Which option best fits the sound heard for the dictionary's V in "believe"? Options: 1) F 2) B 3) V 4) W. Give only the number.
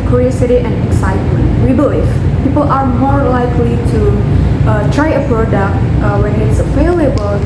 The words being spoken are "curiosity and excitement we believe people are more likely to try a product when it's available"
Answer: 1